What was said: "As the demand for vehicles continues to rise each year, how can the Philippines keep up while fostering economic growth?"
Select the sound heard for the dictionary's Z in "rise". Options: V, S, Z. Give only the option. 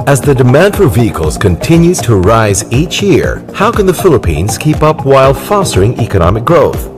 Z